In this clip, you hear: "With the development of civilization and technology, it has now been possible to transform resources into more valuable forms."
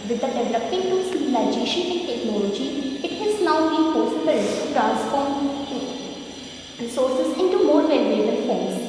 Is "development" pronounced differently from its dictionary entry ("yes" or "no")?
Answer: yes